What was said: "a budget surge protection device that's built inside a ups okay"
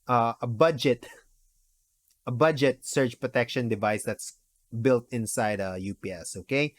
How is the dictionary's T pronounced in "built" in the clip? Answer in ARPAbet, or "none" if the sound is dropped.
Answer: T